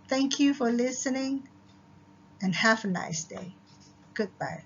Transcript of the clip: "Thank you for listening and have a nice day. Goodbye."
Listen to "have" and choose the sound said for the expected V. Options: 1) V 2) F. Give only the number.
2